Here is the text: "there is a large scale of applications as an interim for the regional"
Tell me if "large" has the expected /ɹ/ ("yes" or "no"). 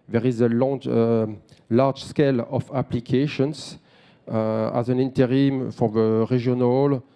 no